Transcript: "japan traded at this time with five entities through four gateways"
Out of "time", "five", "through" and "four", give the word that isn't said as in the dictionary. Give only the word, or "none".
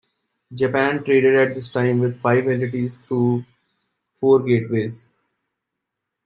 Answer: through